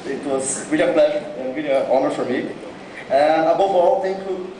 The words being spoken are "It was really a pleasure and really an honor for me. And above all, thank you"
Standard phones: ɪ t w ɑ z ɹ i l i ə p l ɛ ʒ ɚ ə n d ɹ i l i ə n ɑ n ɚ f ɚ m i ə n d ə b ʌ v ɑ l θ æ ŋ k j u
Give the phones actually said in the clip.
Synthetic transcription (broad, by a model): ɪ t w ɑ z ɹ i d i ə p l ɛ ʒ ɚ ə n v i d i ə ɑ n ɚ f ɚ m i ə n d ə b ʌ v ɑ l t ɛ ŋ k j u